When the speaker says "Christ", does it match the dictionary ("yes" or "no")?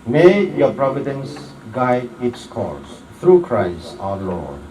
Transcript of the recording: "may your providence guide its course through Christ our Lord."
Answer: yes